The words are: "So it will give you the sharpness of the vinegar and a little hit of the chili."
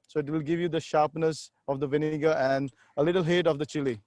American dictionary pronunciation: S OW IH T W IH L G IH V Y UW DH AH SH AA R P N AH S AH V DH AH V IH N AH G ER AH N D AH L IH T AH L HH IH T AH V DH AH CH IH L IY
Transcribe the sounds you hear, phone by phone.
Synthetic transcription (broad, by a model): S OW IH T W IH L G IH V Y UW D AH SH AA R P N AH S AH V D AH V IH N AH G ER AH N D AH L IH T AH L HH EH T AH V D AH CH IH L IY